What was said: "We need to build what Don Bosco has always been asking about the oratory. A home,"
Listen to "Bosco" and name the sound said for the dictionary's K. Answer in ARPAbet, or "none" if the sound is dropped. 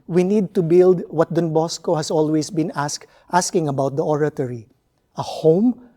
K